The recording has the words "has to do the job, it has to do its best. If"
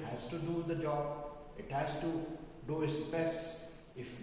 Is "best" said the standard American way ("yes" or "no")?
no